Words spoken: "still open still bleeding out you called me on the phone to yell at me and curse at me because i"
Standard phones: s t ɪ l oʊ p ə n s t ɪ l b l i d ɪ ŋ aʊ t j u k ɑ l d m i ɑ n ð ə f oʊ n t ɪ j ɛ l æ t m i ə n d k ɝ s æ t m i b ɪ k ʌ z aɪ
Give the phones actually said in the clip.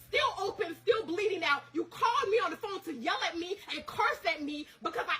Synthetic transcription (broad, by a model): s t ɪ l oʊ p ə n s t ɪ l b l i d ɪ ŋ aʊ t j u k ɑ l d m i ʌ n ð ə f oʊ n t ɪ j ɛ l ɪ t m i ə n k ɝ s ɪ t m i b ɪ k ʌ z aɪ